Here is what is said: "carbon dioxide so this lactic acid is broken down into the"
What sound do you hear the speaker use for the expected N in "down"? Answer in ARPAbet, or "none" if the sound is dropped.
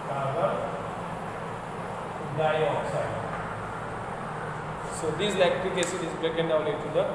L